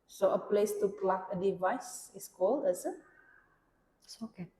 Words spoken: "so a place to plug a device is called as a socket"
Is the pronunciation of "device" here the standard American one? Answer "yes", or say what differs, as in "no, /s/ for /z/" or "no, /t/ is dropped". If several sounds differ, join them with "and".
yes